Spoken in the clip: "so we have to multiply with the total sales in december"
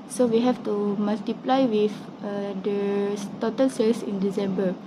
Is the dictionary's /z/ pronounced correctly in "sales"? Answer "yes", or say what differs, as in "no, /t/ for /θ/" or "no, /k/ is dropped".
no, /s/ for /z/